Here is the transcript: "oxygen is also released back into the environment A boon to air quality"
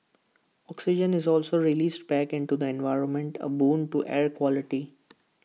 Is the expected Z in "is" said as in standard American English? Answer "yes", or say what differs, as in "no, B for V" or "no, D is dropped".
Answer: yes